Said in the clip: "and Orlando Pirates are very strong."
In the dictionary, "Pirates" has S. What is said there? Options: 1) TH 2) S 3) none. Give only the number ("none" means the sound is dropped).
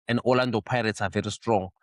2